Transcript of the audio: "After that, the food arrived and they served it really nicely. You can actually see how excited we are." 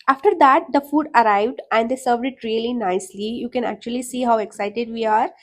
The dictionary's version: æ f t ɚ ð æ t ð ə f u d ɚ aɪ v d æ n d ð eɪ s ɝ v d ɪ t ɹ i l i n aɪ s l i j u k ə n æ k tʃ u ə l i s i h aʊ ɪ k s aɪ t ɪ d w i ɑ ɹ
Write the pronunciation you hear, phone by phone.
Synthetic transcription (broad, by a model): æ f t ɚ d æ t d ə f u d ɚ aɪ v d æ n d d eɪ s ɝ v d ɪ t ɹ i l i n aɪ s l i j u k ə n æ k tʃ u ə l i s i h aʊ ɪ k s aɪ t ɪ d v i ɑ ɹ